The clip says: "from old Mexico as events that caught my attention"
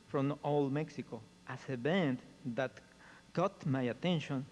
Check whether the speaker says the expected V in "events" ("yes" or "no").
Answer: no